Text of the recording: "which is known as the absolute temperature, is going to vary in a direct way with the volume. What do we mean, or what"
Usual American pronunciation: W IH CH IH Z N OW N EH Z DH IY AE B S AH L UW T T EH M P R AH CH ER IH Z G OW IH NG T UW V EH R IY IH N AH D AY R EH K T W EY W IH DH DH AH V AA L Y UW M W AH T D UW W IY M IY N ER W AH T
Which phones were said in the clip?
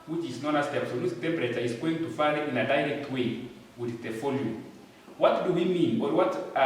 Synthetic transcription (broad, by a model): W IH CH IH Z N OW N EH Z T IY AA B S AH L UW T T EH M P R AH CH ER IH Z G OW IH NG T UW F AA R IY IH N AH D AY R EH K T W EY W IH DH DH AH F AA L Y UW W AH T D UW W IY M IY N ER W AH T